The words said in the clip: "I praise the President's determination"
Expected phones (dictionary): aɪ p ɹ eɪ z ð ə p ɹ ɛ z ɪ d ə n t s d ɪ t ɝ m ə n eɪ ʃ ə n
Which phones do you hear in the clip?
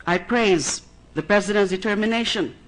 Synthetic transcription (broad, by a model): aɪ p ɹ eɪ z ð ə p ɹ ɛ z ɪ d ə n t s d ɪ t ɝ m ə n eɪ ʃ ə n